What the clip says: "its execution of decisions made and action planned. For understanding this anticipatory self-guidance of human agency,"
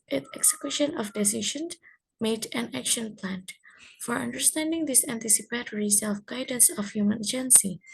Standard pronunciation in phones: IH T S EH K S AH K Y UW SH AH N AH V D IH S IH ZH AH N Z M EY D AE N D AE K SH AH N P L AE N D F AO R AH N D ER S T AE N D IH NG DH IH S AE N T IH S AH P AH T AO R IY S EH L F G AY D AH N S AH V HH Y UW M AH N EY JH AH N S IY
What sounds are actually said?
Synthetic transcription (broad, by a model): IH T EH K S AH K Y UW SH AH N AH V D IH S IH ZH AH N M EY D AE N AE K SH AH N P L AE N F AO R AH N D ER S T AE N D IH NG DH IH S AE N T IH S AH P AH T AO R IY S EH L F G AY D AH N S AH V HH Y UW M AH N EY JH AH N S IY